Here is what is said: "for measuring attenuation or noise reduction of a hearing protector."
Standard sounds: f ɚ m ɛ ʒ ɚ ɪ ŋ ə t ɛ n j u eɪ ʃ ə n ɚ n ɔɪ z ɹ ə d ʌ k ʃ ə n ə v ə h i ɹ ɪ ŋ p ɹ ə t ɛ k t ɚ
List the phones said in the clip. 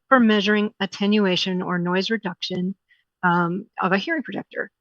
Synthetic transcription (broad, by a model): f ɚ m ɛ ʒ ɚ ɪ ŋ ə t ɛ n j u eɪ ʃ ə n ɚ n ɔɪ z ɹ ə d ʌ k ʃ ə n ə v ə h i ɹ ɪ ŋ p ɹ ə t ɛ k t ɚ